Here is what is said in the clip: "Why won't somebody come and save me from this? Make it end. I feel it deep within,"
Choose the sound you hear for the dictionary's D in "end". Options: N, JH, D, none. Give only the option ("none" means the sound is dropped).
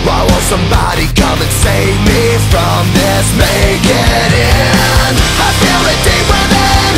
none